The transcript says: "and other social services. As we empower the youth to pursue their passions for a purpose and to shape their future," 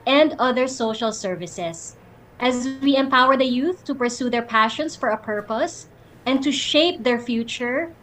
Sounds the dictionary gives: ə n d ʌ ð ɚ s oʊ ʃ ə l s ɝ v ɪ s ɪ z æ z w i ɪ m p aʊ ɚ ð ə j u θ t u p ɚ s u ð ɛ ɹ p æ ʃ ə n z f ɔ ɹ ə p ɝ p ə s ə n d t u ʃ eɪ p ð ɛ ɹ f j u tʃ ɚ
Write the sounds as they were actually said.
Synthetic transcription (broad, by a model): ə n d ʌ ð ɚ s oʊ ʃ ə l s ɝ v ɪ s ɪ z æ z w i ɪ m p aʊ ɚ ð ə j u θ t u p ɚ s u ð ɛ ɹ p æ ʃ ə n s f ɔ ɹ ə p ɝ p ə s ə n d t u ʃ eɪ p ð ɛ ɹ f j u tʃ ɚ